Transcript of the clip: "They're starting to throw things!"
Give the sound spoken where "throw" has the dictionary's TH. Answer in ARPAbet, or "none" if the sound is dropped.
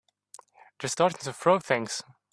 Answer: F